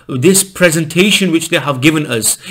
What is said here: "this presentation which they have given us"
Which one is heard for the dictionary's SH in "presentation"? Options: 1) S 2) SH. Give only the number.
2